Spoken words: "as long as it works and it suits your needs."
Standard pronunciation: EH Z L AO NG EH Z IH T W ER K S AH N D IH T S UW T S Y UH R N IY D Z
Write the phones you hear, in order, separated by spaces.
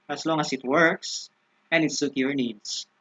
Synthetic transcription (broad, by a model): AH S L AO NG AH S IH T W ER K S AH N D IH T S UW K Y UH R N IY D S